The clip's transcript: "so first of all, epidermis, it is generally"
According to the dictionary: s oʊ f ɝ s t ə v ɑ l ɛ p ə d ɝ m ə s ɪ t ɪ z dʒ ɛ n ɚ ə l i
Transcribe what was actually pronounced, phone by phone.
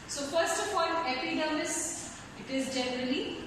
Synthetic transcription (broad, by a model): s oʊ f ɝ s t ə p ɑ n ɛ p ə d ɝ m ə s ɪ t ɪ z dʒ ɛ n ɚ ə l i